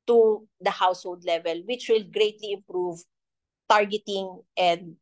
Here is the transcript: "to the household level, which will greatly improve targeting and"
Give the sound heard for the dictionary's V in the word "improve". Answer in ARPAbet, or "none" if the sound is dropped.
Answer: V